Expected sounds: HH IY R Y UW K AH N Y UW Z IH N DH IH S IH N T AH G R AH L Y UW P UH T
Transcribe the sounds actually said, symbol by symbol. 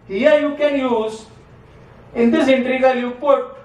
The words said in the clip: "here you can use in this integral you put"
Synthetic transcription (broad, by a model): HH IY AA Y UW K AH N Y UW Z IH N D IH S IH N T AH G AH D Y UW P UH T